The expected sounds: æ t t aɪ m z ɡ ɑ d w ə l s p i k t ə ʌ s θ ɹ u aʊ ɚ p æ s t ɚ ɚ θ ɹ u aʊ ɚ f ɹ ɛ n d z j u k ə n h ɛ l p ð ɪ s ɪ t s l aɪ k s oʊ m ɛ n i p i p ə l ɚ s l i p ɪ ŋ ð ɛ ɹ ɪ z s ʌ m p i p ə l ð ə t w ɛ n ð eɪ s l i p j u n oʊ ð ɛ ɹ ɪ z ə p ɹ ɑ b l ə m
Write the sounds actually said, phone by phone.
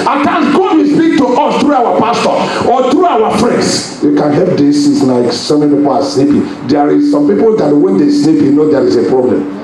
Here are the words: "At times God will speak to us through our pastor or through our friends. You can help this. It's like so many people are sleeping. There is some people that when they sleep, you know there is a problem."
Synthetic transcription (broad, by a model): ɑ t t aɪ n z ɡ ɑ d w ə s p i k t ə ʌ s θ ɹ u aʊ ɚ p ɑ s t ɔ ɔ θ ɹ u aʊ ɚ f ɹ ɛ n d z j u k ə n h ɛ l p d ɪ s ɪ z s l aɪ k s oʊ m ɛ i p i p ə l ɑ s n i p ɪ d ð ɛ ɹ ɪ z s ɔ m p i p ə l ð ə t w ɛ n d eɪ s n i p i n oʊ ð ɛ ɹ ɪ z ə p ɹ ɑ b l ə m